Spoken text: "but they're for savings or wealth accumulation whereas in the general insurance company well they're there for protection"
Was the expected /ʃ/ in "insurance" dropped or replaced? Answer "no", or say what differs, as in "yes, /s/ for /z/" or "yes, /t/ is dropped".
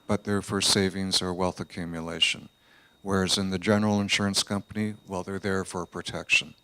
no